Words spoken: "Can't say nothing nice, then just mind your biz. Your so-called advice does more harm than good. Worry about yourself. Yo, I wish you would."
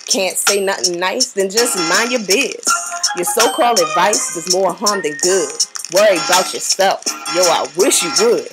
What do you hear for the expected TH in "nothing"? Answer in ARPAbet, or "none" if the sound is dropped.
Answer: TH